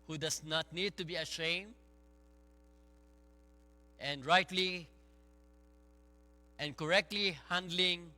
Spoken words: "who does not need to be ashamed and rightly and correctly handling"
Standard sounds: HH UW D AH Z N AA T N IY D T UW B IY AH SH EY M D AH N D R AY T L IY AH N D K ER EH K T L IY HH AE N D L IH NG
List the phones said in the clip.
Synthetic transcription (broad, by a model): HH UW D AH S N AA T N IY D T UW B IY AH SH EY M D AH N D R AY T L IY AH N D K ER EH K T L IY HH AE N D L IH NG